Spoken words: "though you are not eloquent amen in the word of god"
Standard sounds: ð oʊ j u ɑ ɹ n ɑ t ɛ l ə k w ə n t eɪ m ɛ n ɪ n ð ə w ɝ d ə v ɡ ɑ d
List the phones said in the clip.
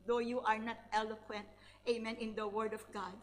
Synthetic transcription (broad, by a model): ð oʊ j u ɑ ɹ n ɑ t ɛ l ə k w ə n t eɪ m ɛ n ɪ n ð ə w ɝ d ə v ɡ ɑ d